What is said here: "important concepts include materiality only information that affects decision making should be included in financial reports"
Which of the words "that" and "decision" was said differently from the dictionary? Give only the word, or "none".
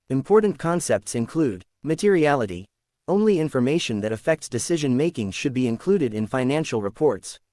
none